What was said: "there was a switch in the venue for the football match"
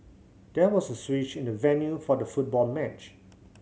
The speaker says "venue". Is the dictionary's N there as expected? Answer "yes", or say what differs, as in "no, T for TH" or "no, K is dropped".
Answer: yes